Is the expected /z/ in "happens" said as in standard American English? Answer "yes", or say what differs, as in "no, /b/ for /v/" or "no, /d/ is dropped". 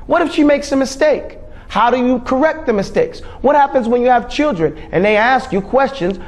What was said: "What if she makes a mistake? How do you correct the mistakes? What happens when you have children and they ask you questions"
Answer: yes